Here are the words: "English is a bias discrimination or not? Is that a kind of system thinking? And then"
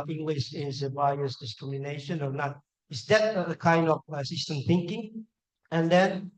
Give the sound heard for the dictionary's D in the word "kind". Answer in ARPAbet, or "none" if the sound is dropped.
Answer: D